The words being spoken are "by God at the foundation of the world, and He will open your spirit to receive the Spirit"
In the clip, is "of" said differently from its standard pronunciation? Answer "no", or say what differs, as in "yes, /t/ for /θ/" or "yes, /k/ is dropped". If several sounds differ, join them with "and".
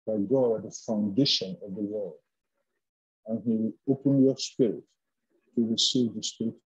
no